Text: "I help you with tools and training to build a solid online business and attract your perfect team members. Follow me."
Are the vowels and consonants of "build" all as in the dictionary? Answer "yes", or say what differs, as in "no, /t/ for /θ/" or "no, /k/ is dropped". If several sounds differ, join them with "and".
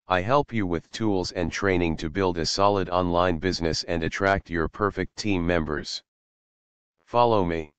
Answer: yes